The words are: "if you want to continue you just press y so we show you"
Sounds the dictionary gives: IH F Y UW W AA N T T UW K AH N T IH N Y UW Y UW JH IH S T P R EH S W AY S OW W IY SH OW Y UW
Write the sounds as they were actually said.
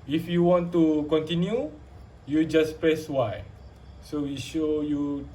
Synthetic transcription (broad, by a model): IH F Y UW W AA N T T UW K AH N T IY N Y UW Y UW JH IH S P R EH S W AY S OW W IY SH OW Y UW